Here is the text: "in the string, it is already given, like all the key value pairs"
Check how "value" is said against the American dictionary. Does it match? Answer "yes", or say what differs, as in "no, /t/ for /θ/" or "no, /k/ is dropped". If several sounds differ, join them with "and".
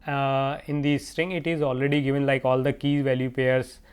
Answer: yes